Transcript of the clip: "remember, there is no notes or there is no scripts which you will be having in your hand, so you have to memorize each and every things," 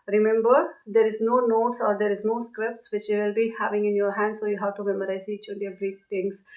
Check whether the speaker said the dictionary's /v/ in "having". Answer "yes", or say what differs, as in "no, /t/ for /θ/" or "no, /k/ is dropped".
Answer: yes